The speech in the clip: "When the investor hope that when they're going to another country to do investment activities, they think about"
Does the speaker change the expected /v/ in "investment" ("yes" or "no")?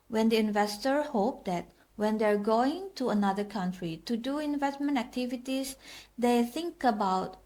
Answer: no